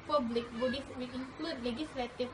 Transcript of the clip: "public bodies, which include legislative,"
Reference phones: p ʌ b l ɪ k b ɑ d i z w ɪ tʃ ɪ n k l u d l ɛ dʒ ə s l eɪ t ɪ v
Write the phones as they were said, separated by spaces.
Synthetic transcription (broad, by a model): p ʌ b l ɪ k b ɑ d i s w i ɪ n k l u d l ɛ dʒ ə s l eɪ t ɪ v